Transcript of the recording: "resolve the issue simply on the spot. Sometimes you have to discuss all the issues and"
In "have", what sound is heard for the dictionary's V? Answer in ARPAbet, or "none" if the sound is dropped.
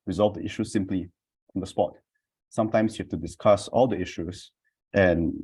F